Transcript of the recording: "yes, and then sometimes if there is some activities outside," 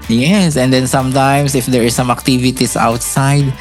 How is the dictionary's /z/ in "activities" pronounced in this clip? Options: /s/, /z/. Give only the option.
/s/